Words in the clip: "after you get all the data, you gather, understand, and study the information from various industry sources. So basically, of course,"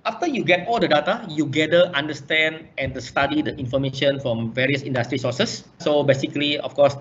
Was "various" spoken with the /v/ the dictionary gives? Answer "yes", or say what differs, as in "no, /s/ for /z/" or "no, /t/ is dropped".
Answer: yes